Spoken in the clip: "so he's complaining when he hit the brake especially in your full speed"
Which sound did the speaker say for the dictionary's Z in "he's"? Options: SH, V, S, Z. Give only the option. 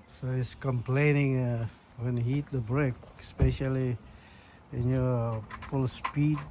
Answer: S